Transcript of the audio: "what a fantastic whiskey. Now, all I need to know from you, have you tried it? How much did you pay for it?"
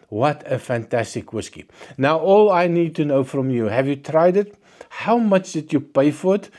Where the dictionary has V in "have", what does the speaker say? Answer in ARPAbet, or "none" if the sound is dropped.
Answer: V